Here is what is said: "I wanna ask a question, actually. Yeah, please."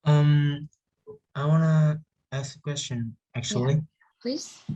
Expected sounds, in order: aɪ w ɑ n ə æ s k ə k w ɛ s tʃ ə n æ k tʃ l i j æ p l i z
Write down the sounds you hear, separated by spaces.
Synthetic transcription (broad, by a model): aɪ w ɑ n ə æ s k ə k w ɛ s tʃ ə n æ k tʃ i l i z